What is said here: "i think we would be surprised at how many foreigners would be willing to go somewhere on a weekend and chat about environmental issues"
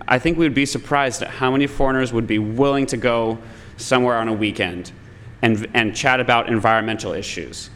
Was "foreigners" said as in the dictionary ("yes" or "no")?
yes